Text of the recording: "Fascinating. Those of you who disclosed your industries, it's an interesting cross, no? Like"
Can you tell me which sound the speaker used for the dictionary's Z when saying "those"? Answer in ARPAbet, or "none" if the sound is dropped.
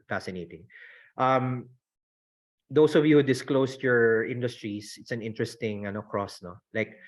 S